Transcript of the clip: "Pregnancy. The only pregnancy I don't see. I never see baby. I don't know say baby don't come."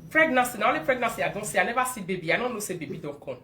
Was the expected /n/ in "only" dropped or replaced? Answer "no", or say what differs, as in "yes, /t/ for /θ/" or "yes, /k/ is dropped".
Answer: yes, /n/ is dropped